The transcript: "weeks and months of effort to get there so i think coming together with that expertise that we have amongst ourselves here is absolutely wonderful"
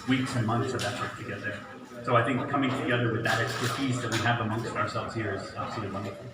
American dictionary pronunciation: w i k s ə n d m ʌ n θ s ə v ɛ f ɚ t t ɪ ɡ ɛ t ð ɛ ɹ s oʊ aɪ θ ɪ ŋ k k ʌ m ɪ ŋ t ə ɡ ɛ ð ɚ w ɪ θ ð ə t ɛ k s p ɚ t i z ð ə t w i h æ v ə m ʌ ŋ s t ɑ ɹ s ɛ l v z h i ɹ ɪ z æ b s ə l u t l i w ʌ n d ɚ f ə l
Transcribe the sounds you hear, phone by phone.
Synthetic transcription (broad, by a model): w i k s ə n m ʌ n θ s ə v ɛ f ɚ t t ɪ ɡ ɛ t ð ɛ ɹ s oʊ aɪ θ ɪ ŋ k k ʌ m ɪ ŋ t ə ɡ ɛ ð ɚ w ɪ ð ə t ɛ k s p ɚ t i z ð ə t w i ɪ v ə m ʌ ŋ s t ɑ ɹ s ɛ l v z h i ɹ ɪ z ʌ s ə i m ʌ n